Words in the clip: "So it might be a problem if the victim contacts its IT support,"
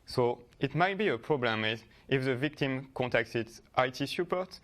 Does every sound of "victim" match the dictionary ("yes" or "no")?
yes